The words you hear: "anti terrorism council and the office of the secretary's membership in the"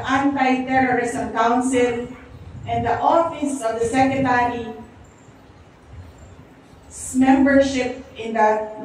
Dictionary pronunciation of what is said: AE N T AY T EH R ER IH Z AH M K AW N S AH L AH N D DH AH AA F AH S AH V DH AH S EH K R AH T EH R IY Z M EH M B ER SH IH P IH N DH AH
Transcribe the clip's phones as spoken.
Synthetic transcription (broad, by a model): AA N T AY T EH R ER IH S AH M K AW N S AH L AH N D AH AA F AH S AH V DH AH S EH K AH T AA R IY S M EH M B ER SH IH P IH N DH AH